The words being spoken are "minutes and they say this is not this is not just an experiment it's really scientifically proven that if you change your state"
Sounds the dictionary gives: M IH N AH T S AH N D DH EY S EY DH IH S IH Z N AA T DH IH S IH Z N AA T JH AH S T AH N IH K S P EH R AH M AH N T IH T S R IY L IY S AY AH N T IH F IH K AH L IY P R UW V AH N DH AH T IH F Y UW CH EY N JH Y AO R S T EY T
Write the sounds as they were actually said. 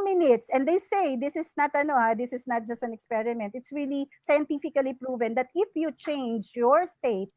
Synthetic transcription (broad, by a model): M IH N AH T S AH N D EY S EY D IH S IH S N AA T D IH S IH S N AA T JH AH S T AH N IH K S P EH R AH M AH N T IH T S R IY L IY S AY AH N T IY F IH K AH L IY P R UW V AH N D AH T IH F Y UW CH EY N JH Y AO R S T EY T